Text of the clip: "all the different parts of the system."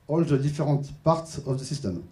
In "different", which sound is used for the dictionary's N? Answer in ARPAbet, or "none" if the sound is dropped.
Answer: none